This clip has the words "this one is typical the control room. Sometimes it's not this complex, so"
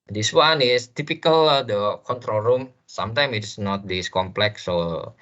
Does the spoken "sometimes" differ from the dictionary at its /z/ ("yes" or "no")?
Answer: yes